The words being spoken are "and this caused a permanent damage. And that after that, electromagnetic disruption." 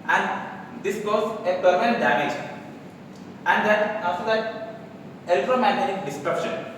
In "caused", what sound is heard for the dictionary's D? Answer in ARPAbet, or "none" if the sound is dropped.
none